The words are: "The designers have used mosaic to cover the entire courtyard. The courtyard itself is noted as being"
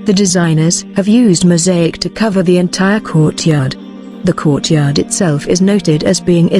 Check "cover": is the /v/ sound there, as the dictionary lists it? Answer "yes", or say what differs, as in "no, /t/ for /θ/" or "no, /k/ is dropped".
yes